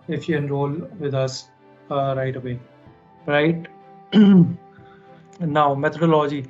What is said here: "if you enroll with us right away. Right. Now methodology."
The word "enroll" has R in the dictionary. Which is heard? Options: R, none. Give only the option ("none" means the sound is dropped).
R